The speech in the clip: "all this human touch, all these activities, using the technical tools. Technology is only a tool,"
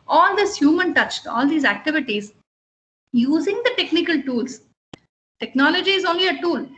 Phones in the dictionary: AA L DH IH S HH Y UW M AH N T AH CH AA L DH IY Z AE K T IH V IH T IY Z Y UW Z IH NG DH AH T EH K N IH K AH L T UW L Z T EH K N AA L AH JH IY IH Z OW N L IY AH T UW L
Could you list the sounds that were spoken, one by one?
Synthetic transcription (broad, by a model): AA L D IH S HH Y UW M AH N T AH CH AA L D IY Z AE K T IH V IH T IY Z Y UW Z IH NG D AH T EH K N IH K AH L T UW L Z T EH K N AA L AH JH IY IH Z OW N L IY AH T UW L